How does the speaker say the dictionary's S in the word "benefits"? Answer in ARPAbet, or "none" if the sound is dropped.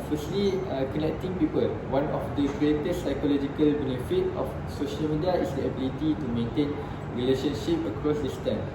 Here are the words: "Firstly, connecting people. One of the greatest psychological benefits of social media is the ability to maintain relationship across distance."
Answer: none